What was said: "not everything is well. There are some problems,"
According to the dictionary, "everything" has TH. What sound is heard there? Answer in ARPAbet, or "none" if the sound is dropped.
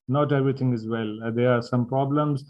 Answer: T